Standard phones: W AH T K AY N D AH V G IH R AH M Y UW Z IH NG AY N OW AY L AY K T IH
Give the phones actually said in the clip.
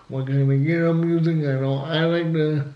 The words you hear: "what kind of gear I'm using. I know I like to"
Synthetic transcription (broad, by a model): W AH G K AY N AH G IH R AH M Y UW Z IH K AY N OW AY L AY K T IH